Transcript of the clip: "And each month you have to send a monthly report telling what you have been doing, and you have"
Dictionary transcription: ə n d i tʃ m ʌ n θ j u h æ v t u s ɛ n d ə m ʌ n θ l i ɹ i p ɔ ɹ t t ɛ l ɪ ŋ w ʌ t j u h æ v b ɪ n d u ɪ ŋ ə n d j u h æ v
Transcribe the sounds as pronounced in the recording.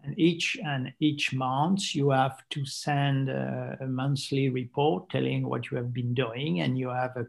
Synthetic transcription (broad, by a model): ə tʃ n i tʃ m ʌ n s j u h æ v t u s ɛ n d ə m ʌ n s l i ɹ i p ɔ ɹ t t ɛ l ɪ ŋ w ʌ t j u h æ v b ɪ n d u ɪ ŋ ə n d j u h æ v